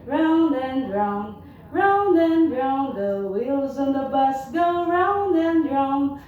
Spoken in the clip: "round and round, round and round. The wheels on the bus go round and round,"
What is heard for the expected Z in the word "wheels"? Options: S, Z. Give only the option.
Z